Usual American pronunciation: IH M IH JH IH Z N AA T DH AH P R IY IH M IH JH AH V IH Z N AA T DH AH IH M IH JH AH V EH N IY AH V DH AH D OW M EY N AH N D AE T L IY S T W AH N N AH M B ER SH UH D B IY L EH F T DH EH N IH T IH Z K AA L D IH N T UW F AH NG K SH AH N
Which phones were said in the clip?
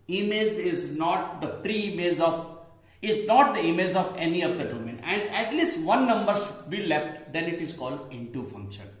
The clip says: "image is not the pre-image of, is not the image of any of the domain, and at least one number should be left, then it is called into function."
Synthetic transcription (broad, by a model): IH M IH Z IH Z N AA T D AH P R IY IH M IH Z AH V IH Z N AA T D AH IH M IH Z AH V EH N IY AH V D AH D OW M EY N AH N D AE T L IY S T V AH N N AH M B ER SH UH D B IY L EH F T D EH N IH T IH Z K AA L D IH N T UW F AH NG K SH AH N